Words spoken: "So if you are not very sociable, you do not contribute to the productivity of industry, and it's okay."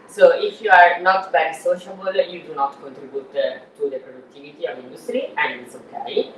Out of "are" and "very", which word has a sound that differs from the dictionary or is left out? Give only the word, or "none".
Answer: very